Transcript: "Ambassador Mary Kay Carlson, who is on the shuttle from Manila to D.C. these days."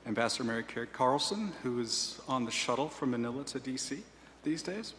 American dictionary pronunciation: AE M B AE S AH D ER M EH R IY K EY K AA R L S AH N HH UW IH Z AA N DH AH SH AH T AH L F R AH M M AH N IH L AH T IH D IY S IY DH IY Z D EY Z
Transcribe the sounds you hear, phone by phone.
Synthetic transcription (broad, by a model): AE M B AE S AH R M EH R IY K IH K AA R L S AH N HH UW IH Z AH N DH AH SH AH T L F R AH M M AH N IH L AH T IH D IY S IY DH IY Z D EY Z